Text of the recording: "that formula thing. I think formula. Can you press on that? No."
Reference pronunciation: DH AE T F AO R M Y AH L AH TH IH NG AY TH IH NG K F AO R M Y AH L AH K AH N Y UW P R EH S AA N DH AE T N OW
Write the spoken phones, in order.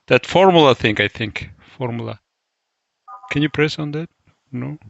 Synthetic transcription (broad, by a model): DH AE T F AO R M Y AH L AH TH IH NG AY TH IH NG K F AO R M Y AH L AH K AH N Y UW P R EH S AA N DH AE T N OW